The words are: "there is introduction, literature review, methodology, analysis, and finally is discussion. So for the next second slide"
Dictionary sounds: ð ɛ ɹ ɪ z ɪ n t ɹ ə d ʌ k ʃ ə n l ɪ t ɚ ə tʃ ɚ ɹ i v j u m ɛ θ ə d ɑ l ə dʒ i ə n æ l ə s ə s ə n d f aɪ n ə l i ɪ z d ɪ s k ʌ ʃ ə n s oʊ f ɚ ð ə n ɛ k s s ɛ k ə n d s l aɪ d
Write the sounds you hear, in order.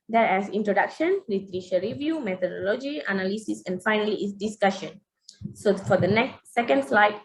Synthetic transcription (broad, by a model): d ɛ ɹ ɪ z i n t ɹ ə d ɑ k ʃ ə n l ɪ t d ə ʃ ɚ ɹ i v j u m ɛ t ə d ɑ l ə dʒ i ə n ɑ l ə s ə s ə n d f aɪ n ə l i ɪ s d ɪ s k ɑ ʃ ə n s oʊ f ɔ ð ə n ɛ k s s ɛ k ə n d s l aɪ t